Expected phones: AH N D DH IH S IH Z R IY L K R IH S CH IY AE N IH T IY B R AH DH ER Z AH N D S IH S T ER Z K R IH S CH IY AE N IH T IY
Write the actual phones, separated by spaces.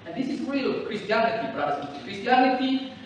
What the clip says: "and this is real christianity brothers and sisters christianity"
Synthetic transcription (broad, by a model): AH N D DH IH S IH Z R IY L K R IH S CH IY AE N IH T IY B R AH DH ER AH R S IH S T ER K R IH S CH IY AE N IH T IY